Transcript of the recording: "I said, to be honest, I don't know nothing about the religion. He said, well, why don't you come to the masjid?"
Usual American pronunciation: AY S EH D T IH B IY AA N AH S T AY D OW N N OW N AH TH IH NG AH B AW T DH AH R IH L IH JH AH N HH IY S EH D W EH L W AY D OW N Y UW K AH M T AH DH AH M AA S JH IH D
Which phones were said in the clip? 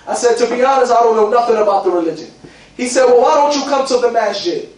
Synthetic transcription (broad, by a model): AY S EH D T IH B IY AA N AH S AY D OW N N OW N AH TH IH NG AH B AW T DH AH R IH L IH JH AH N HH IY S EH D W EH L W AY D OW N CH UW K AH M T AH DH AH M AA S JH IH